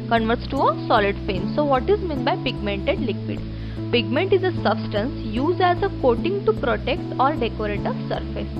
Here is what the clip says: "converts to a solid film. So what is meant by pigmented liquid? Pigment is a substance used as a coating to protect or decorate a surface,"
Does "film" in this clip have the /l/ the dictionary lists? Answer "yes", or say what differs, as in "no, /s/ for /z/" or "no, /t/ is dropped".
no, /l/ is dropped